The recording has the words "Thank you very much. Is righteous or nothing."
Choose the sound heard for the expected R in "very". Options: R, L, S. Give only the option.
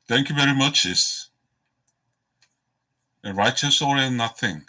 R